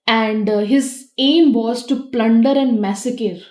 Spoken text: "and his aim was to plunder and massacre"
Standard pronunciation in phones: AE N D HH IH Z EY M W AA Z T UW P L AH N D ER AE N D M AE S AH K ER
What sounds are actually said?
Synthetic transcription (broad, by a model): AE N D HH IH Z EY M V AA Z T UW P L AH N D ER AE N D M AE S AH K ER